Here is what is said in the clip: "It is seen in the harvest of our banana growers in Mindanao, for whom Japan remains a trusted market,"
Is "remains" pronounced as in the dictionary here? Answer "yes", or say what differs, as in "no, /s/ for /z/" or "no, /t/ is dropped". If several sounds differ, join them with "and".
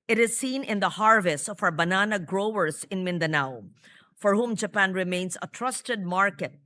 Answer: no, /s/ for /z/